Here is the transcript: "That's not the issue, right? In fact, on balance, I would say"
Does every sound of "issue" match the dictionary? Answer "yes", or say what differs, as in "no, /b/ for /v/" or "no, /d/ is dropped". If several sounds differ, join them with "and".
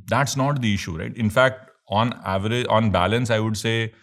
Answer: yes